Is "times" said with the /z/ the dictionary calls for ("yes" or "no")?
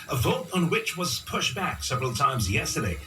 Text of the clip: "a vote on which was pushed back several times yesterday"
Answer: yes